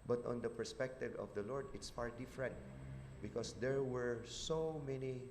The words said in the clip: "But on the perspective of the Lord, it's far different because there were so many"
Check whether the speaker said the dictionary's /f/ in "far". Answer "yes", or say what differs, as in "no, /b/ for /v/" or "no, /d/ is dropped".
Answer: no, /p/ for /f/